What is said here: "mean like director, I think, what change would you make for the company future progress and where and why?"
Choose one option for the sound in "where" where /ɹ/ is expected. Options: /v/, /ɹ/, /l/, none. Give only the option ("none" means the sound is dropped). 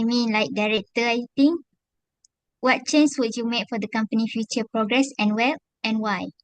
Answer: /l/